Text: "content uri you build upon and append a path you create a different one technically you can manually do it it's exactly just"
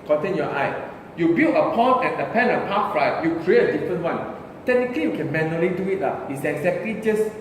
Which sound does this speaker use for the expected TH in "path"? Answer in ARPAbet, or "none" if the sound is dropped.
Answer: T